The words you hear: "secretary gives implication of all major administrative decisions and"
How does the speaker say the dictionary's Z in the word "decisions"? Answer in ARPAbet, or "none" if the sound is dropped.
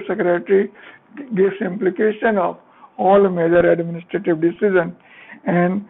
none